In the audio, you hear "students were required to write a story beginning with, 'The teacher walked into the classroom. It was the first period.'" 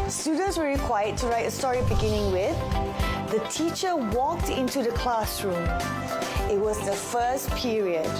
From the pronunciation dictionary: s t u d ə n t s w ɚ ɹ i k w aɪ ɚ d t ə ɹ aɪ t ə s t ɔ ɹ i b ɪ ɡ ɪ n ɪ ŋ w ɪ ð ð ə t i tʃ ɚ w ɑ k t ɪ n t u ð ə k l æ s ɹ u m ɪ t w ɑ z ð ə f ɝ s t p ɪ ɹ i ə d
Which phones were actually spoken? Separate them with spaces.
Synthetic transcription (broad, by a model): s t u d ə n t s w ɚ ɹ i k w aɪ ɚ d t ə ɹ aɪ t ə s t ɔ ɹ i b ɪ ɡ ɪ n ɪ ŋ w ɪ ð ð ə t i tʃ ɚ w ɑ k t ɪ n t u ð ə k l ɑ s ɹ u m ɪ t w ɑ z ð ə f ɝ s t p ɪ ɹ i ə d